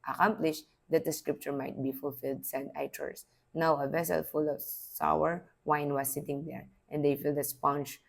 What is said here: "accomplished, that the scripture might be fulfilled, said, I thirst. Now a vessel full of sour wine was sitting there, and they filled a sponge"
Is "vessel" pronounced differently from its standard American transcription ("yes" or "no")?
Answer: no